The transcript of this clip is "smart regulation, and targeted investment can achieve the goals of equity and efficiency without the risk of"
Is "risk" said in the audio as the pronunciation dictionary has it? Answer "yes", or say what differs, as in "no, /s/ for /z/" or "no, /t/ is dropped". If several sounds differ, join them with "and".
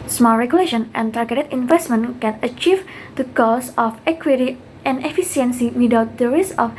no, /k/ is dropped